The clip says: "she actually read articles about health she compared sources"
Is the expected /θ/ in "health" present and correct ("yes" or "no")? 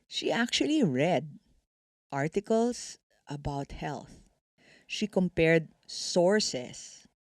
yes